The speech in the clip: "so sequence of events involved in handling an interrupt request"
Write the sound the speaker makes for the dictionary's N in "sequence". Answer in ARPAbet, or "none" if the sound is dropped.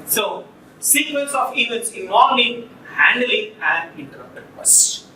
L